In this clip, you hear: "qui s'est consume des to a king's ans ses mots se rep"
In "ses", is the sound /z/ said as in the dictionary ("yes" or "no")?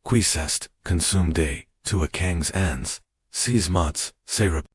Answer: yes